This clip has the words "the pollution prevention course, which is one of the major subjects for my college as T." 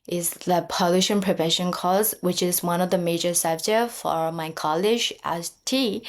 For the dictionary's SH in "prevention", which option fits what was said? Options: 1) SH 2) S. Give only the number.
1